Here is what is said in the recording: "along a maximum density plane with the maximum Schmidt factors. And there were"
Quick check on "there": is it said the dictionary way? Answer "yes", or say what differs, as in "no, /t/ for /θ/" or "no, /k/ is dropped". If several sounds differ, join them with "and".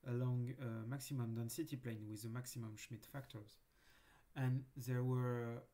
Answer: yes